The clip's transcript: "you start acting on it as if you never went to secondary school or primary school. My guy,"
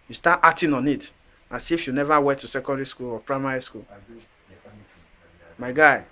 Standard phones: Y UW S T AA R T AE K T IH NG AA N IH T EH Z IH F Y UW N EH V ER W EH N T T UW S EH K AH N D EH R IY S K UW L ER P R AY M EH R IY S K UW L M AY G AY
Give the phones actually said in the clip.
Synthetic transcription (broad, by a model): Y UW S T AA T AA T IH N AA N IH T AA S IH F Y UW N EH V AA W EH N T T UW S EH K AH N D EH R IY S K UW L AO P R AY M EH R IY S K UW L M AY G AY